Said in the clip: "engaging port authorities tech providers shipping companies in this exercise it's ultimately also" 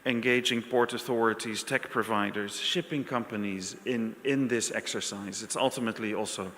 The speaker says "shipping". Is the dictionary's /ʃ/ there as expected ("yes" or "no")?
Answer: yes